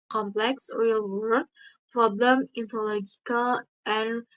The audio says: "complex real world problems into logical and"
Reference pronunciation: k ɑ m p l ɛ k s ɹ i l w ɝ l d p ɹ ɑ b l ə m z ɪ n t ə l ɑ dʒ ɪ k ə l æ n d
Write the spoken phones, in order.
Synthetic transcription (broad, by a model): k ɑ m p l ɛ k s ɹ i l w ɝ d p ɹ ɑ b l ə m ɪ n t ə l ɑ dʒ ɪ k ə l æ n